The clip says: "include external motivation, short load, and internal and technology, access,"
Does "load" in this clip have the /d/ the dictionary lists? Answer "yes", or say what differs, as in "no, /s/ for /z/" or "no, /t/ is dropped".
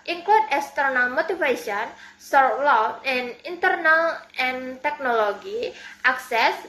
no, /d/ is dropped